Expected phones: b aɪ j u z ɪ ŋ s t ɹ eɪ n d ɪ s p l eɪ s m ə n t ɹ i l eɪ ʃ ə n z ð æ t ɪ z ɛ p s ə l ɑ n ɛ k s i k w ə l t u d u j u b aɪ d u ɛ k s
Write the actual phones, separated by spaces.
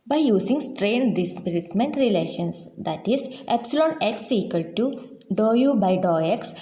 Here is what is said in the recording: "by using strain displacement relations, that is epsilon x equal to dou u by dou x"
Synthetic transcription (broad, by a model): b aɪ j u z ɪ ŋ s t ɹ eɪ n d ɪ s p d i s m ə n t ɹ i l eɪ ʃ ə n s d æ t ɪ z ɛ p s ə l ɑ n ɛ k s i k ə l t u d u j u b aɪ d u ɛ k s